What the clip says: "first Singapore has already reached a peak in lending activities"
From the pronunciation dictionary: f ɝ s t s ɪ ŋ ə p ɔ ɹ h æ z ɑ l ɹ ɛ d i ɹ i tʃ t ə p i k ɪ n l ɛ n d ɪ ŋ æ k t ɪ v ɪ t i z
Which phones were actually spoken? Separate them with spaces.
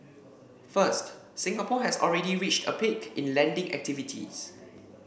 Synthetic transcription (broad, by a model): f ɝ s t s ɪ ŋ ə p ɔ h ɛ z ɑ l ɹ ɛ d i ɹ i tʃ t ə p i k ɪ n l ɛ n d ɪ ŋ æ k t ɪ v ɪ t i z